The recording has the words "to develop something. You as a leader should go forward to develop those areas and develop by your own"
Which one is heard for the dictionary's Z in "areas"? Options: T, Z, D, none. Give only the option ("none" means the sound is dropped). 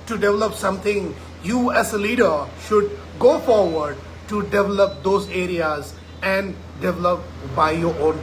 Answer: Z